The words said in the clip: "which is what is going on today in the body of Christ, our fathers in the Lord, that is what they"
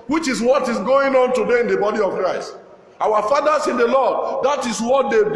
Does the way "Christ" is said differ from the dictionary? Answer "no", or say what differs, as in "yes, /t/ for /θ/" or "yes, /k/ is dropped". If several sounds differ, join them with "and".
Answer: no